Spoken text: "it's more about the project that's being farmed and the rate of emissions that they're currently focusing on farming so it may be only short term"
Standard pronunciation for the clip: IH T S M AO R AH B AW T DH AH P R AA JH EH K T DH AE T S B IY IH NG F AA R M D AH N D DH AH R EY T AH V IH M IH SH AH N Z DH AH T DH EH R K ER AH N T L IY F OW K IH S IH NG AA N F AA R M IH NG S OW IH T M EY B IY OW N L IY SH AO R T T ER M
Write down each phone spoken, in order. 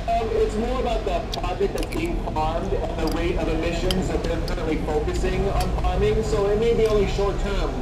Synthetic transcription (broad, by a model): IH T S M AO R AH B AW T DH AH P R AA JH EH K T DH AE T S B IY IH NG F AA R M D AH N DH AH W EY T AH V IH M IH SH AH N Z DH AH T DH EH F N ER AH T L IY F OW K IH S IH NG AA N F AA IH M IH NG S OW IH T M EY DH IY OW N L IY SH AO R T T ER M